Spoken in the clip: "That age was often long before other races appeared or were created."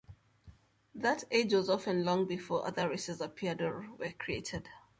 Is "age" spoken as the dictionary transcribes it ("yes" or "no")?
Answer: yes